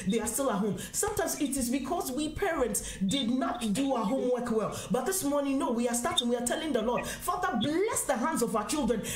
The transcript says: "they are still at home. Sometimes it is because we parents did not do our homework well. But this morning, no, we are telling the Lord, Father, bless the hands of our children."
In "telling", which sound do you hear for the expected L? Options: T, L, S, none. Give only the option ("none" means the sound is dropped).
L